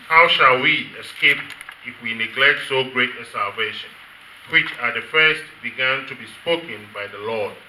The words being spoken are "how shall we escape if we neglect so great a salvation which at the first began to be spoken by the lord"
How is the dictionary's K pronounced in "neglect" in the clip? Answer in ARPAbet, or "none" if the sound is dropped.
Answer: K